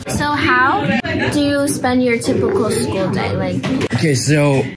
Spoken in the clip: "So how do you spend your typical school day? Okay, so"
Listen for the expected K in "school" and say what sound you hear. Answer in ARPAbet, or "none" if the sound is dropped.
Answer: K